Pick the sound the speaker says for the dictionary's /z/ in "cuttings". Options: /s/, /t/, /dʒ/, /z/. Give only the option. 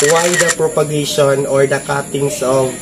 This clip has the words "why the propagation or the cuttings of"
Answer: /s/